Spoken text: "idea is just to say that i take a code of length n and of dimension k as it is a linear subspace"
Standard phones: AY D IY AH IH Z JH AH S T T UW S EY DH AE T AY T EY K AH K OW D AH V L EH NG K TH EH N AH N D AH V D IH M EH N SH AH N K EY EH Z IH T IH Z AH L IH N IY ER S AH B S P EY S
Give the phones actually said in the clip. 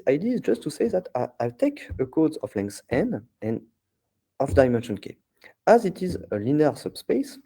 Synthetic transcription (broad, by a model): AY D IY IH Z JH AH S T T UW S EY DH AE T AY T EY K AH K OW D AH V L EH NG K S EH N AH N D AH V D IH M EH N SH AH N K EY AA Z IH T IH Z AH L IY N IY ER S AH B S P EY S